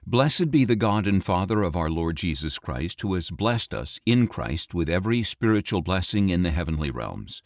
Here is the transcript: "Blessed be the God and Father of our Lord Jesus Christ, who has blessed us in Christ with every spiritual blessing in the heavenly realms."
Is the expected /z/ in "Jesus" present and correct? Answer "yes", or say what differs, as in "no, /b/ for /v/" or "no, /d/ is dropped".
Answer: yes